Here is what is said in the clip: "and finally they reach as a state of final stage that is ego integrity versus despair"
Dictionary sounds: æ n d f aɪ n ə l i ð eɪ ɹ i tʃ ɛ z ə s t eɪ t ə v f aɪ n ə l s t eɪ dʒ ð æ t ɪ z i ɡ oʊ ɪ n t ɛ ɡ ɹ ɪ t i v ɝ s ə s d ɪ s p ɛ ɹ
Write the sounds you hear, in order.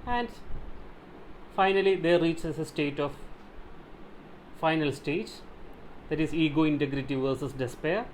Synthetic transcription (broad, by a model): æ n d f aɪ n ə l i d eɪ ɹ i tʃ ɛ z ə s t eɪ t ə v f aɪ n ə l s t eɪ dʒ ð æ t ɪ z i ɡ oʊ ɪ n t ɛ ɡ ɹ ɪ t i v ɝ s ə s d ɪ s p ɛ ɹ